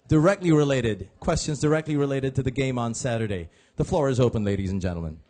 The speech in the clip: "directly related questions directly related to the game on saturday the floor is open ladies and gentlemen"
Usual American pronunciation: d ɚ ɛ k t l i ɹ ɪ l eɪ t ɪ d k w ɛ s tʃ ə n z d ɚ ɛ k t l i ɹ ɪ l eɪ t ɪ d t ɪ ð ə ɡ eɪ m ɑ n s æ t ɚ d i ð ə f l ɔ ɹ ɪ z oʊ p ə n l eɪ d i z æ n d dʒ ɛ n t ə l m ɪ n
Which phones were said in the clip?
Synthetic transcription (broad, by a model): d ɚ ɛ k t l i ɹ ɪ l eɪ t ɪ d k w ɛ s tʃ ə n z d ɚ ɛ k t l i ɹ ɪ l eɪ t ɪ d t ɪ ð ə ɡ eɪ m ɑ n s æ t ɚ d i ð ə f l ɔ ɹ ɪ z oʊ p ə n l eɪ d i z n dʒ ɛ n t l m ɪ n